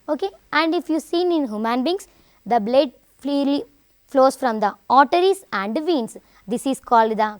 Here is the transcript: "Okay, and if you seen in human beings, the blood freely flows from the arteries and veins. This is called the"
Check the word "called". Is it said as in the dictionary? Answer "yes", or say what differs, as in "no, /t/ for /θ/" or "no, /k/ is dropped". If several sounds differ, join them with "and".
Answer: yes